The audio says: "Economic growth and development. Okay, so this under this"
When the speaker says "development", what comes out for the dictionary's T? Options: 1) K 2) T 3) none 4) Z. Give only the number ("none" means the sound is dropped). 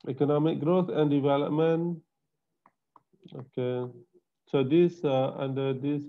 3